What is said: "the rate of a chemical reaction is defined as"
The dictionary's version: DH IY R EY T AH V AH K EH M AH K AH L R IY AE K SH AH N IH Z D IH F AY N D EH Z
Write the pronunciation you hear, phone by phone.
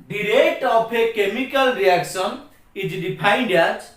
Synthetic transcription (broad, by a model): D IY R EY T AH P AH K EH M AH K AH L R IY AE K S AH N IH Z D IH P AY N D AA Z